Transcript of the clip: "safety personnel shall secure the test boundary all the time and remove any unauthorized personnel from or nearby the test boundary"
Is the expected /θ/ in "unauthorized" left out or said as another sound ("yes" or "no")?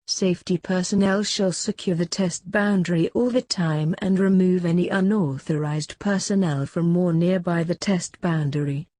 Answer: no